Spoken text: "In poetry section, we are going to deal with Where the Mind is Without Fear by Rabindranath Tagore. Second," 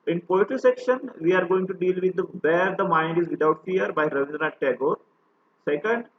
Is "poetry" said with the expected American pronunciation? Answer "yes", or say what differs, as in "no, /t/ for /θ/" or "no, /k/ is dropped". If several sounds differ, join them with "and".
no, /ɹ/ is dropped